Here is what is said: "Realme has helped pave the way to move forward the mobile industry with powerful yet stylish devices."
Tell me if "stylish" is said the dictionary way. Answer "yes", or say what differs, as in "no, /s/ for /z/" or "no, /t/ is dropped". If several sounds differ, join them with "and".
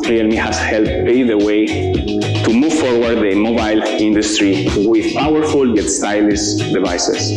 no, /s/ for /ʃ/